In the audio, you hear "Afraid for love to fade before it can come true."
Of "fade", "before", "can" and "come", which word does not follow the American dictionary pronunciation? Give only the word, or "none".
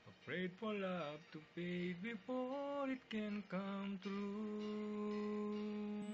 fade